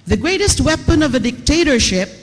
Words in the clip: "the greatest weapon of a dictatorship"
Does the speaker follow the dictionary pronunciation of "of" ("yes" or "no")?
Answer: yes